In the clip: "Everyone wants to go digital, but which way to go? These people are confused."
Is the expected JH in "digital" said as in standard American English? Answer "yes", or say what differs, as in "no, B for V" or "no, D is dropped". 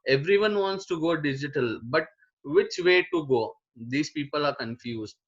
yes